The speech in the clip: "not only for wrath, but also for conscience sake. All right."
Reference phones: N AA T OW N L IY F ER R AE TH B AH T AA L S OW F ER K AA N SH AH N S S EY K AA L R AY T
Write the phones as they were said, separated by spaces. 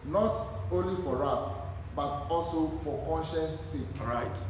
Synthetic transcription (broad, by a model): N AA T OW N L IY F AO R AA F B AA T AA L S OW F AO K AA N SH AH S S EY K R AY T